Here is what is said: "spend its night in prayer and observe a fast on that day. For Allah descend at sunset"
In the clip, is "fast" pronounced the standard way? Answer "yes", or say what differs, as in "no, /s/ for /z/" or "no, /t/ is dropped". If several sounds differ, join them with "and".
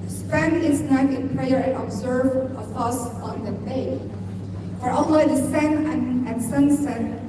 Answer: no, /t/ is dropped